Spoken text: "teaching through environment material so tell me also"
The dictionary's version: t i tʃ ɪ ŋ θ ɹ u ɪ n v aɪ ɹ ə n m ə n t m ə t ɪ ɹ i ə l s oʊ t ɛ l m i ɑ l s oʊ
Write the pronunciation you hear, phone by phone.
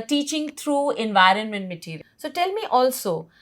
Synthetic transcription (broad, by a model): t i tʃ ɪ ŋ t ɹ u ɪ n v aɪ ɹ ə n m ə n t m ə t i ɹ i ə s oʊ t ɛ l m i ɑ l s oʊ